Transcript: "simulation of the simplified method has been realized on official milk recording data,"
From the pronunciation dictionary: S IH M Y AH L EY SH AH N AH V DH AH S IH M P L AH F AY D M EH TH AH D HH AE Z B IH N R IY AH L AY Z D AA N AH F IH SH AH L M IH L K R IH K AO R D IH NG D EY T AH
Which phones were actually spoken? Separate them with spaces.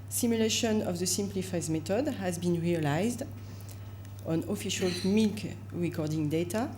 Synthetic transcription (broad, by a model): S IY M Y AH L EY SH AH N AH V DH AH S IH M P L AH F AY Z M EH T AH D HH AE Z B IH N R IY AH L AY Z D AA N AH F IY SH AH L M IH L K R IH K AO R D IH NG D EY T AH